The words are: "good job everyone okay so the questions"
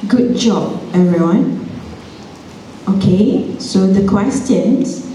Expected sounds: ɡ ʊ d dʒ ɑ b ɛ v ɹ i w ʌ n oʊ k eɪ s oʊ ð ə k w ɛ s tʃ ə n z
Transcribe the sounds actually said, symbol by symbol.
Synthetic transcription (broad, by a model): ɡ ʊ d dʒ ɑ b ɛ ɹ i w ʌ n oʊ k eɪ s oʊ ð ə k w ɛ s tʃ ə n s